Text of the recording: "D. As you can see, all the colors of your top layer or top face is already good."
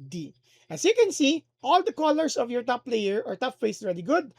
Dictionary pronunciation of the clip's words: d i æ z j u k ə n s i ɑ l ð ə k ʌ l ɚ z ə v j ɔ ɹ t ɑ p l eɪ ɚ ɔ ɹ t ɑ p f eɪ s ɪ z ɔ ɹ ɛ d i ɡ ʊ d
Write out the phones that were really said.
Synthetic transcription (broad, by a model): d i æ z j u k ə n s i ɑ l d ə k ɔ l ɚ s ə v j ɔ ɹ t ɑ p l eɪ ɚ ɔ ɹ t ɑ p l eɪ ɪ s ɹ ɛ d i ɡ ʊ d